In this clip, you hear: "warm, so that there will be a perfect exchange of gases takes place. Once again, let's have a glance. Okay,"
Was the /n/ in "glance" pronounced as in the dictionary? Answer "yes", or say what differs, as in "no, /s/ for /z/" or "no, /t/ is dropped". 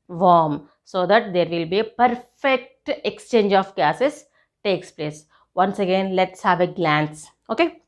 yes